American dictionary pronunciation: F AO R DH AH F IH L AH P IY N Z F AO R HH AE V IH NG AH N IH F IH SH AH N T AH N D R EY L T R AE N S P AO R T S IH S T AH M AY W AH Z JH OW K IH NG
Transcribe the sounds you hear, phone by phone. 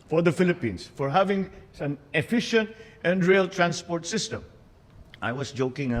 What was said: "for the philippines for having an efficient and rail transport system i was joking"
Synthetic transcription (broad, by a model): F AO R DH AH F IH L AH P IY N S F AO R HH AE V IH NG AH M IH F IH SH AH N T AH N D R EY L T R AE N S P AO R T S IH S T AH M AY W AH S JH OW K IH NG